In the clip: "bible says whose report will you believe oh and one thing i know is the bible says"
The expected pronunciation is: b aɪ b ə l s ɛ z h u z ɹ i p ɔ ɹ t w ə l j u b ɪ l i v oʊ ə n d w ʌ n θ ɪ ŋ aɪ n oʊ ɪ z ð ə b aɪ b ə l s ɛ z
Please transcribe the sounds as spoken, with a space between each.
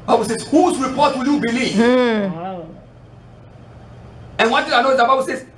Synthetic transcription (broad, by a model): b aɪ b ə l s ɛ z h u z ɹ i p ɔ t w ə l j u b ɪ l i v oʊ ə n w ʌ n t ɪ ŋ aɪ n oʊ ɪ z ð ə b aɪ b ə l s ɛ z